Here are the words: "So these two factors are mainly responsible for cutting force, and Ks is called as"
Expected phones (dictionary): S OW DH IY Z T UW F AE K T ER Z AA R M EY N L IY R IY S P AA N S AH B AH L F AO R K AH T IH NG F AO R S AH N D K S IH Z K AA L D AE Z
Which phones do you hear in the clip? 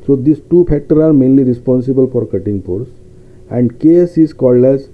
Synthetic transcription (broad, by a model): S OW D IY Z T UW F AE K T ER AA R M EY N L IY R IY S P AA N S AH B AH L F AO R K AH T IH NG P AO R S AH N D K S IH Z K AA L D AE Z